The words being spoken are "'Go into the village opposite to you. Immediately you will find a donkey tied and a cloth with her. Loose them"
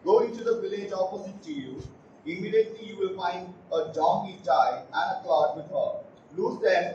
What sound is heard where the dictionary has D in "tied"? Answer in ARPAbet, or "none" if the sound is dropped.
none